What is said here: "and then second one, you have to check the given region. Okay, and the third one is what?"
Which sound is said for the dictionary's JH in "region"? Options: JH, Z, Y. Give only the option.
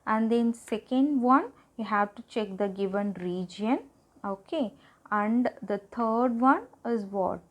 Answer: JH